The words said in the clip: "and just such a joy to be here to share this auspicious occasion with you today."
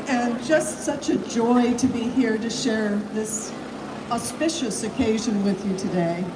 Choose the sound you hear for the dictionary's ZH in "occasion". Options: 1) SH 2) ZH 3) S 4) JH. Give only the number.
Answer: 2